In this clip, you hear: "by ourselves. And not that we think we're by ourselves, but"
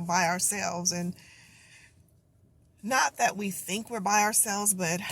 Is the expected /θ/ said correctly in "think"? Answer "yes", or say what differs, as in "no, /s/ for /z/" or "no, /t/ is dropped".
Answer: yes